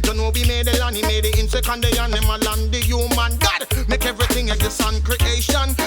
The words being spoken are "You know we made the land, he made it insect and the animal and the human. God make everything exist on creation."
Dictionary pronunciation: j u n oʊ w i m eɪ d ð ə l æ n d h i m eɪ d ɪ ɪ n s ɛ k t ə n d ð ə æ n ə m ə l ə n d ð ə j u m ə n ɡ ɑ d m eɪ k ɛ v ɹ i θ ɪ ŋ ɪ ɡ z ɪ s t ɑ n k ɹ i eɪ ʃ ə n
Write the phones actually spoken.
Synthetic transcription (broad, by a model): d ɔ n oʊ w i m eɪ d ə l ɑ n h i m eɪ d ɪ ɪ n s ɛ k ə n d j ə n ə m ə l ə n d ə j u m ə n ɡ ɑ d m eɪ k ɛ v ɹ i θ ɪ ŋ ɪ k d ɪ s ɑ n k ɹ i eɪ ʃ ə n